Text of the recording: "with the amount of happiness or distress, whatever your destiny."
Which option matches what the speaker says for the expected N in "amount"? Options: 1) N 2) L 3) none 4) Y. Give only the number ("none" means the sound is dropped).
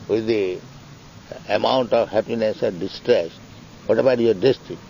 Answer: 1